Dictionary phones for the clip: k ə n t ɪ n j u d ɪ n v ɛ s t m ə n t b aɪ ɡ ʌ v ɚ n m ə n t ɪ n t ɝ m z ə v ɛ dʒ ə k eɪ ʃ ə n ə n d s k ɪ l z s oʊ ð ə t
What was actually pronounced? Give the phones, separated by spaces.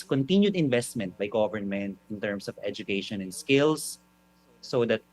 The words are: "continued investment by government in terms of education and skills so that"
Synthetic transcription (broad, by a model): k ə n t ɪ n j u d ɪ n v ɛ s t m ə n t b aɪ ɡ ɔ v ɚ n m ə n t ɪ n t ɝ m s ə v ɛ dʒ ə k eɪ ʃ ə n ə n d s k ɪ l s oʊ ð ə t